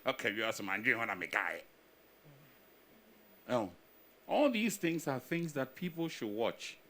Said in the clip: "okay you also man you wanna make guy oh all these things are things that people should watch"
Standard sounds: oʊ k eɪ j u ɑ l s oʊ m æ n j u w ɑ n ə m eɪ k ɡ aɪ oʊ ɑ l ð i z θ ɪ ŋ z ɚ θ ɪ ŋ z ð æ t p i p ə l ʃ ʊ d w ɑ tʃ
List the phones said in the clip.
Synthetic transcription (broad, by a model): oʊ k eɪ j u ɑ s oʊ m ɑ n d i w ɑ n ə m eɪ ɡ aɪ oʊ ɑ l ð i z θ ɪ ŋ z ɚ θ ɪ ŋ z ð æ t p i p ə l ʃ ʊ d w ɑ tʃ